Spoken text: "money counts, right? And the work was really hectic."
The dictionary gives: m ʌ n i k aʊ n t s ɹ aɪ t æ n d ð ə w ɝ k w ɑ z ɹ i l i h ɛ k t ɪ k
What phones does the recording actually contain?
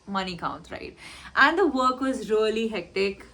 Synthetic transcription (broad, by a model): m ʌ n i k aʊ n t ɹ aɪ t æ n d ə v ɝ k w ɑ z ɹ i l i h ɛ k t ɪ k